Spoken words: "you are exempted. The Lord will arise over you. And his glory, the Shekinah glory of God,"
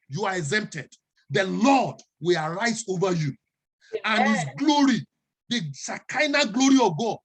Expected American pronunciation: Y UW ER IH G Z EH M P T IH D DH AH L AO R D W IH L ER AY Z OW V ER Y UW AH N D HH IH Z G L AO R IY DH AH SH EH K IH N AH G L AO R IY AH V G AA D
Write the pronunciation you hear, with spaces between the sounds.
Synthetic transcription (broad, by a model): Y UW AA IH G Z EH M P T IH D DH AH L AO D W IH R AY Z OW V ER Y UW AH N HH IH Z G L AO R IY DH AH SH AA K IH N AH G L AO R IY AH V G AA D